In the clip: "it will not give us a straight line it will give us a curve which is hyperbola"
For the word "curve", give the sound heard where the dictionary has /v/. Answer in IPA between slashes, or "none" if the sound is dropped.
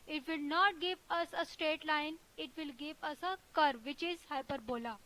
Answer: /v/